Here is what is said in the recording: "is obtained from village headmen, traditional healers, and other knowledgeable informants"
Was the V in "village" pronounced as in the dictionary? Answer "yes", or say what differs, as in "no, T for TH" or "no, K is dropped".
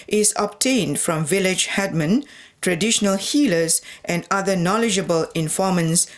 yes